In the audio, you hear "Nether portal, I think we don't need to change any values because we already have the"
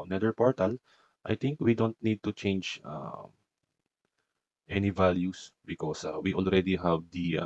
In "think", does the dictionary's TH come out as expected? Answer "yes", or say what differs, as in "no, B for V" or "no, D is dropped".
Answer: no, T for TH